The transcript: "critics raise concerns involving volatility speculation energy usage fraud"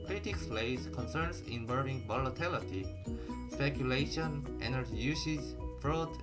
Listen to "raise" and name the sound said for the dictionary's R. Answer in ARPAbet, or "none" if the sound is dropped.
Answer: L